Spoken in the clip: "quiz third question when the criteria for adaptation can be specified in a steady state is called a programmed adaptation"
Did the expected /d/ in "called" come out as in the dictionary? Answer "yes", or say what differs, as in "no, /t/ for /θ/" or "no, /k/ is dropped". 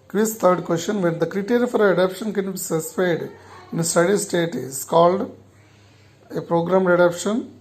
yes